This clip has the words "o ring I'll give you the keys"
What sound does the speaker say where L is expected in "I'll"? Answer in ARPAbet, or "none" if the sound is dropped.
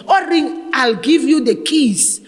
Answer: L